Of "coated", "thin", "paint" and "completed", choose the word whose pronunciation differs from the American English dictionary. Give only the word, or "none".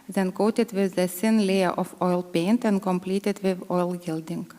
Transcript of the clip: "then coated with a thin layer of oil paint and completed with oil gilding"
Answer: thin